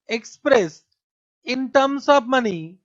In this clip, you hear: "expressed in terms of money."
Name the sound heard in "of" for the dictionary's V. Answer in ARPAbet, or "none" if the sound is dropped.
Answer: P